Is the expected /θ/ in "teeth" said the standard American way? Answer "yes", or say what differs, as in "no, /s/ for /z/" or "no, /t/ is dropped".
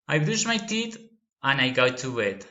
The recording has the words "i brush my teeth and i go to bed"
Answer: no, /t/ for /θ/